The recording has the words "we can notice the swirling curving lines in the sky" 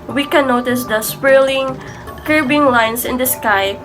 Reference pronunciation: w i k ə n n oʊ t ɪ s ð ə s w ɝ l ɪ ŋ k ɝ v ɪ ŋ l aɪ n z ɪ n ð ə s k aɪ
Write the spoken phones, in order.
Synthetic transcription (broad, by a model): w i k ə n n oʊ t ɪ s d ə s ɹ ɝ l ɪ ŋ k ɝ b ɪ ŋ l aɪ n s ɪ n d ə s k aɪ